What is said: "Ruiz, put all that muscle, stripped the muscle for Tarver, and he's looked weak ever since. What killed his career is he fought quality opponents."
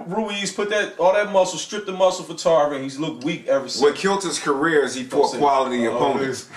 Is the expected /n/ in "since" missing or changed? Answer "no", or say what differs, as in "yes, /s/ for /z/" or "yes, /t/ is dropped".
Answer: yes, /n/ is dropped